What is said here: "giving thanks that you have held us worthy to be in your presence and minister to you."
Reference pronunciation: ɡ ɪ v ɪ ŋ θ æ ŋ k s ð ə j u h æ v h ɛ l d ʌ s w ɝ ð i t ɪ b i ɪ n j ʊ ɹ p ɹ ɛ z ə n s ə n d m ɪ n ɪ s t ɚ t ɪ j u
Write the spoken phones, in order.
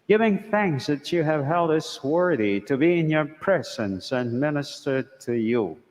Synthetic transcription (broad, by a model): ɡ ɪ v ɪ ŋ θ æ ŋ k s ð ə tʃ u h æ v h ɛ l d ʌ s w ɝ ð i t ɪ b i ɪ n j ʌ ɹ p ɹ ɛ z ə n s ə n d m ɪ n ɪ s t ɚ t ɪ j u